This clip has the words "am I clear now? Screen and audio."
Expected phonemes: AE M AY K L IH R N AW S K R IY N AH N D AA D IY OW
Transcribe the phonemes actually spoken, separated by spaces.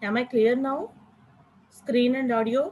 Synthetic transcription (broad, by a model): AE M AY K L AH R N AW S K R IY N AH N D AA D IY OW